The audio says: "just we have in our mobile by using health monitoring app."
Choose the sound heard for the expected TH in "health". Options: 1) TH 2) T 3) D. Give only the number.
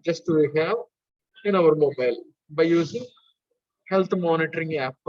2